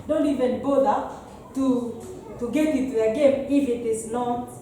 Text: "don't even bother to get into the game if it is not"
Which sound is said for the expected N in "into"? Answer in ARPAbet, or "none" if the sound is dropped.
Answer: none